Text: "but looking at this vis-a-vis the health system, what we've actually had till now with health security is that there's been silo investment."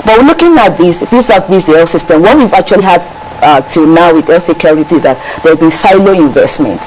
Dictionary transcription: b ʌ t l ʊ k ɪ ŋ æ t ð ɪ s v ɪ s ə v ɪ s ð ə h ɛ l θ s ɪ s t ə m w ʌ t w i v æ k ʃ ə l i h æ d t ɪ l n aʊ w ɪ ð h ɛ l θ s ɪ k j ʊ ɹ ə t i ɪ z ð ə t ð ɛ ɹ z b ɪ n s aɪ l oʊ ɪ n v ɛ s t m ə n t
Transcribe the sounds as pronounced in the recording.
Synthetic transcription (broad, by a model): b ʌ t l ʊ k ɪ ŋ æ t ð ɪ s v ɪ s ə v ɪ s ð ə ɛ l s ɪ s t ə m w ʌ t w i v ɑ k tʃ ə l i h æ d t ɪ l n aʊ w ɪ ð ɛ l s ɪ k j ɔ ɹ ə t i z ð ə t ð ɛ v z b ɪ n s aɪ l oʊ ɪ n v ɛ s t m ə n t